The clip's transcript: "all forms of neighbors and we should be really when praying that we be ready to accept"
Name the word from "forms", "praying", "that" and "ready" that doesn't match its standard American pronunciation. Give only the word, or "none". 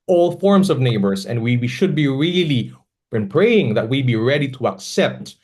forms